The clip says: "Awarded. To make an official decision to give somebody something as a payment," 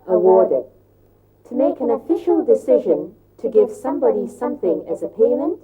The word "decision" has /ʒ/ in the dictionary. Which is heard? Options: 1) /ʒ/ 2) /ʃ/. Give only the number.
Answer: 1